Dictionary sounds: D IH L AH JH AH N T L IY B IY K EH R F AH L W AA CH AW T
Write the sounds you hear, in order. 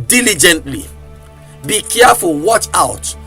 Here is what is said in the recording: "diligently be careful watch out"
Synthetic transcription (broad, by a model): D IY L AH JH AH N T L IY B IY K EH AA F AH W AA CH AW T